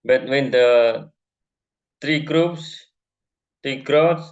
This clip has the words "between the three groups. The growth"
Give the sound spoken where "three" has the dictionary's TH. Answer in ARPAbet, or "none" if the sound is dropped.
T